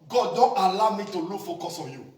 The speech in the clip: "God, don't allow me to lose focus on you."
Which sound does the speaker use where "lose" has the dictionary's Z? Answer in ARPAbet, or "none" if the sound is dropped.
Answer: none